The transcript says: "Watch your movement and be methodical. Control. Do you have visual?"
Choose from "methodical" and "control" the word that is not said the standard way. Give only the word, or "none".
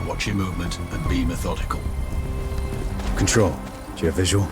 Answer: none